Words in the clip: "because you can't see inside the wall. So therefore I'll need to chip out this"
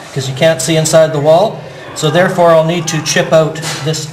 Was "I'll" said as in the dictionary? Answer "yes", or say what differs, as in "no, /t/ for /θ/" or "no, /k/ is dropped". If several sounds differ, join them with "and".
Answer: yes